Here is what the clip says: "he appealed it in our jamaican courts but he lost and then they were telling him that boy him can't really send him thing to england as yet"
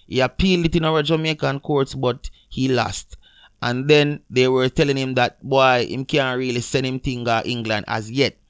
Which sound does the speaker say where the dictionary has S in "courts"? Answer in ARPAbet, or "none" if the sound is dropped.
S